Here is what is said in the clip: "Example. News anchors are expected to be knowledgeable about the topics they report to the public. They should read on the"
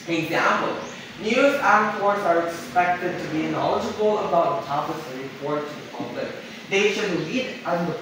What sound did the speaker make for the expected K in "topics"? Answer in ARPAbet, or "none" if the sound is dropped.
none